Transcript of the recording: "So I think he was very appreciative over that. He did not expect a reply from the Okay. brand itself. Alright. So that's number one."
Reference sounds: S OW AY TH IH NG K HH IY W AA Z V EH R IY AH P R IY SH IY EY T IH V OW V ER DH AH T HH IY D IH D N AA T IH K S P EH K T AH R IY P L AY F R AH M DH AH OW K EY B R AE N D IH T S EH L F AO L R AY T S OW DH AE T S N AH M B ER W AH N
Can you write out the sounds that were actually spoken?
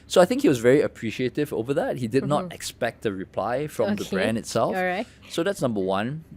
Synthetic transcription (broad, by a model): S OW AY TH IH NG K HH IY W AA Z V EH R IY AH P R IY SH IY EY T IH V OW V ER DH AH T HH IY D IH D N AA T IH K S P EH K T AH R IY P L AY F R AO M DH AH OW B R AE N D IH T S EH L F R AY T S OW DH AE T S N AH M B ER W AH N